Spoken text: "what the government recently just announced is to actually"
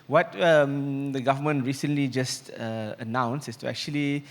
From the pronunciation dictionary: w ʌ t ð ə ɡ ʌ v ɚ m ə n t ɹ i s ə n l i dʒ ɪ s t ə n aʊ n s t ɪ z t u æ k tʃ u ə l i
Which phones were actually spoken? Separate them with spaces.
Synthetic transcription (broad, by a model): w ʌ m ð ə ɡ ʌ v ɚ m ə n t ɹ i s ə n l i dʒ ɪ s t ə n aʊ n s ɪ s t u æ k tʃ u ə l i